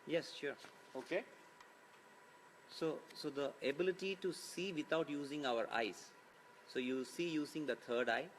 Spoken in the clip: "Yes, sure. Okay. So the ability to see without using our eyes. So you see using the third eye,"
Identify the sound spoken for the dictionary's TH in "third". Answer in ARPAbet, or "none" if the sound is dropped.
T